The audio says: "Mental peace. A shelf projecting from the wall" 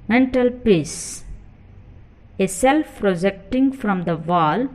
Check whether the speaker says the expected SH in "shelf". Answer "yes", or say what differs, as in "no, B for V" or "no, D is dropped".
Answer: no, S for SH